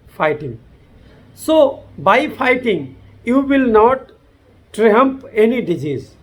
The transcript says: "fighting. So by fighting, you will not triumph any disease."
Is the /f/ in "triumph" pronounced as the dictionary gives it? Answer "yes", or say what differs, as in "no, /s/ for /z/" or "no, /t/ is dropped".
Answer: no, /p/ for /f/